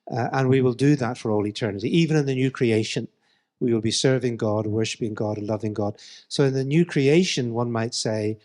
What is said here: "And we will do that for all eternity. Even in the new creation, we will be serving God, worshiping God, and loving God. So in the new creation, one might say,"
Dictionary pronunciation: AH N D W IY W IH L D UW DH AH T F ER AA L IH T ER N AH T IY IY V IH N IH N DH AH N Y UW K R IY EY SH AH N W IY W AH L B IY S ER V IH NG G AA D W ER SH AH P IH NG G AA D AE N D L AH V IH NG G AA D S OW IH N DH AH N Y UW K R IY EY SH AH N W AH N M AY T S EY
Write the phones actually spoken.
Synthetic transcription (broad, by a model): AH N W IY W IH L D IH DH AH T F ER AA L IH T ER N AH T IY IY V IH N IH N DH AH N Y UW K R IY EY SH AH N W IY W AH L B IY S ER V IH NG G AA D W ER SH AH P IH NG G AA D N L AH V IH NG G AA D S OW IH N DH AH N Y UW K R IY EY SH AH N W AH N M AY T S EY